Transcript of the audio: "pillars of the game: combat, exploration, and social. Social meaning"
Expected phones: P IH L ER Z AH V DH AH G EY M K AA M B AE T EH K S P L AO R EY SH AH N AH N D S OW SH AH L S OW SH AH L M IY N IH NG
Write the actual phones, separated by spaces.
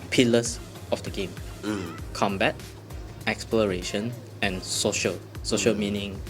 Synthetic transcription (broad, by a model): P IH L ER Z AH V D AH G EY M K AA M B AE T EH K S P L AO R EY SH AH N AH N S OW SH AH L S OW SH AH L M IY N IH NG